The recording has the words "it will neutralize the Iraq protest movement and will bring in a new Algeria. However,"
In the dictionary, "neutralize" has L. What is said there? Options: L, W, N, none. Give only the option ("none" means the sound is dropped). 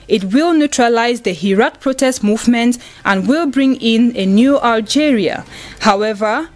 L